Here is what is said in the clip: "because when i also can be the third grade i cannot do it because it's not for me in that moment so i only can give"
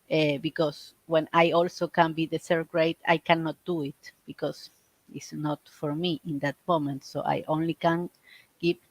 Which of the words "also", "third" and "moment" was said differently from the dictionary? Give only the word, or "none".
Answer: third